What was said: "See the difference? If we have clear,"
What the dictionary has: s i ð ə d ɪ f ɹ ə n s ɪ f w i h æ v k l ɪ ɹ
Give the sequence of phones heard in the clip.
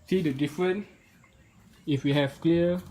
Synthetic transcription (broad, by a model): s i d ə d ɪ f ɹ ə n ɪ f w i h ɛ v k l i